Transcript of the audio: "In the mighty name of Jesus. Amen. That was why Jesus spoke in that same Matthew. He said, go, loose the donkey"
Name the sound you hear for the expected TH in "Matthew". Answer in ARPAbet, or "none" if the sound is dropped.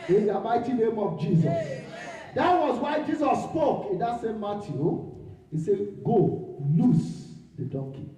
T